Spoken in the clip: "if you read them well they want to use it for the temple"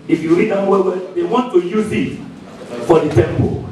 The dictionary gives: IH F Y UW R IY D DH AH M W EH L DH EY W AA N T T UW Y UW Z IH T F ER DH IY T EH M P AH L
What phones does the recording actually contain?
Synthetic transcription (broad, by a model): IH F Y UW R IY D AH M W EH W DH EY W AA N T T UW Y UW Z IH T F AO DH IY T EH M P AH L